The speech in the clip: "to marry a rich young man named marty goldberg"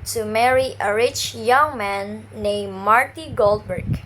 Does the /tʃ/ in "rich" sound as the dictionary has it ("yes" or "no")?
yes